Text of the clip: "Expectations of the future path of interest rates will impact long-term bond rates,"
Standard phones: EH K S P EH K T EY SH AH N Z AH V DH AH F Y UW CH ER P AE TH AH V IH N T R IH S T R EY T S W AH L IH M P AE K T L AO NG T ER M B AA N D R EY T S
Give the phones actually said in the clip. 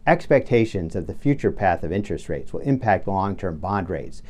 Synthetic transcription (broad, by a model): EH K S P EH K T EY SH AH N Z AH V DH AH F Y UW CH ER P AE TH AH V IH N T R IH S T R EY T S W AH L IH M P AE K T L AO NG T ER M B AA N D R EY T S